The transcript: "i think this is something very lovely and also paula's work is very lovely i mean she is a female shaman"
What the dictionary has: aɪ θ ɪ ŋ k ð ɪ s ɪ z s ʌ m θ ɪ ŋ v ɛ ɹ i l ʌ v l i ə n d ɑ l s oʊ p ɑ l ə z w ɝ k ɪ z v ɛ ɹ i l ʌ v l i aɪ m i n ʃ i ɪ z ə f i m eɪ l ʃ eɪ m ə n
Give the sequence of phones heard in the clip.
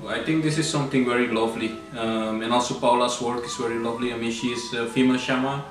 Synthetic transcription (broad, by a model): aɪ t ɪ ŋ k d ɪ s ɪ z s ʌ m t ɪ ŋ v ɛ ɹ i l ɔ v l i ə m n ɑ l s oʊ p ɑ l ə s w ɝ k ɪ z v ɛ ɹ i l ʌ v l i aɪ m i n ʃ i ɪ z ə f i m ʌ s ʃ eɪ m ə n